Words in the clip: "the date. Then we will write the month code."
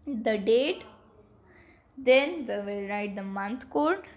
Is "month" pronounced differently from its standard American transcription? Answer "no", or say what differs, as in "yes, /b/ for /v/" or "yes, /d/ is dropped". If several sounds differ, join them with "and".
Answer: yes, /t/ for /θ/